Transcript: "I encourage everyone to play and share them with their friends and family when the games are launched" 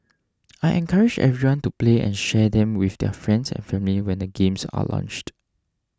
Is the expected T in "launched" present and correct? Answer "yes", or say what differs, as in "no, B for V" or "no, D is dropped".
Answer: yes